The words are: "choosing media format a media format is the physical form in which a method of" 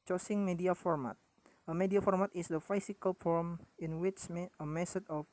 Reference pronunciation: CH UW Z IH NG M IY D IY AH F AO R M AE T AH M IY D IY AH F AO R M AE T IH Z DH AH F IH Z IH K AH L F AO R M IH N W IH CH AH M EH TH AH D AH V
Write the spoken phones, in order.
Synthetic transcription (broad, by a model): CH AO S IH NG M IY D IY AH F AO R M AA T AH M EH D IY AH F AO R M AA T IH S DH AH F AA S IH K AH L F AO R M IH N W IH CH AH M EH S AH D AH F